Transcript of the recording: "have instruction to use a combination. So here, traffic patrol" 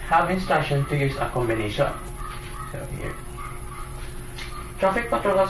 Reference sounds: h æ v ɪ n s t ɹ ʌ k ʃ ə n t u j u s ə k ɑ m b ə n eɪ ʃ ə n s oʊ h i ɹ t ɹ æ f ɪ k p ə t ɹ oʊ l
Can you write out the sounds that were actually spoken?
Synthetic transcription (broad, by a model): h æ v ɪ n s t ɑ ʃ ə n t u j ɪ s ə k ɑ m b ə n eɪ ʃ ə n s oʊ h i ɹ t ɹ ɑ f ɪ k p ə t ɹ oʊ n